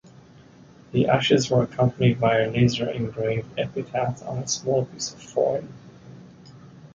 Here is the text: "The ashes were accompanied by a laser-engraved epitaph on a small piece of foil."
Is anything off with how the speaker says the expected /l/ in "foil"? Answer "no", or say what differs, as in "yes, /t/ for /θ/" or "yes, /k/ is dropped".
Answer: yes, /n/ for /l/